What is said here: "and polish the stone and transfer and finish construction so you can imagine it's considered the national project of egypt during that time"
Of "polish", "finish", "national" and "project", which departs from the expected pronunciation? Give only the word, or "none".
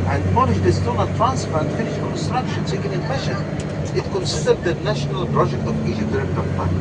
polish